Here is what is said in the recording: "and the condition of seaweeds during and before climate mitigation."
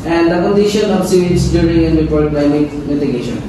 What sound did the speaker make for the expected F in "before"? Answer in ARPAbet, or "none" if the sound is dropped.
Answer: P